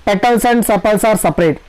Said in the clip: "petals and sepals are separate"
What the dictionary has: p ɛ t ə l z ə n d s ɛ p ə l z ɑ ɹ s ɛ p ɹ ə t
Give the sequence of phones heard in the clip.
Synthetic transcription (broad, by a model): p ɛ t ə l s ə n d s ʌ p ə l s ɑ ɹ s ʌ p ɹ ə t